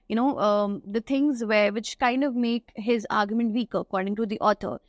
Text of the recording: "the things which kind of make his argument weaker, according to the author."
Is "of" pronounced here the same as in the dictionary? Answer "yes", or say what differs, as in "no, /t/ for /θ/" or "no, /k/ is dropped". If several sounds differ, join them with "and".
yes